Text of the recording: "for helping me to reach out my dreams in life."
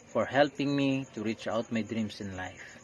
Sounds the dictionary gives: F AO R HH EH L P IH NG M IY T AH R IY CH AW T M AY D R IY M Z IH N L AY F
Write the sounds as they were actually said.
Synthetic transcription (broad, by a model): F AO R HH EH L P IH NG M IY T AH R IY CH AW T M AY D R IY M S IH N L AY F